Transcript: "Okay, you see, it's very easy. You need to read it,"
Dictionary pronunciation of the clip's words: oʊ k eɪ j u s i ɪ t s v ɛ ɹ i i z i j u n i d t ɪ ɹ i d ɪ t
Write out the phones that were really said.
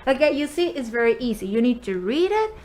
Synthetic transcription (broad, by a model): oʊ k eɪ j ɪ s i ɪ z v ɛ ɹ i i z i j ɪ n i d t ɪ ɹ i d ɪ t